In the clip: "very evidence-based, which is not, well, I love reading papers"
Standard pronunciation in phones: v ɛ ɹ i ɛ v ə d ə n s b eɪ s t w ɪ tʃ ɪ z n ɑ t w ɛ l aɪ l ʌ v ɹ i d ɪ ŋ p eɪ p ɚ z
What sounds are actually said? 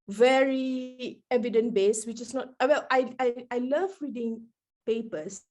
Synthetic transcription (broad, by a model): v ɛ ɹ i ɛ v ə d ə n b eɪ s w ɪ tʃ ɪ s n ɑ t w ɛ l aɪ l ʌ v ɹ i d ɪ ŋ p eɪ p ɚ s